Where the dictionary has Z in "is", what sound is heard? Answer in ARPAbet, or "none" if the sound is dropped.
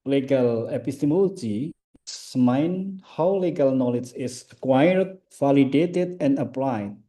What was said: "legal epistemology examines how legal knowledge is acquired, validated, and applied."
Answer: S